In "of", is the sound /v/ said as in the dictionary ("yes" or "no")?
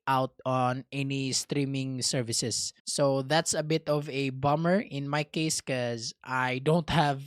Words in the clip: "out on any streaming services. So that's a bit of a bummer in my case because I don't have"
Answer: yes